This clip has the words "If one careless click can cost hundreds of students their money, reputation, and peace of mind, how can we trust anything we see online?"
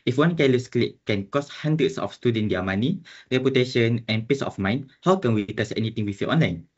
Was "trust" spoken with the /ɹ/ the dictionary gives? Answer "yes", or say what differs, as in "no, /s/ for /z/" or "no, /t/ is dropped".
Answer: no, /ɹ/ is dropped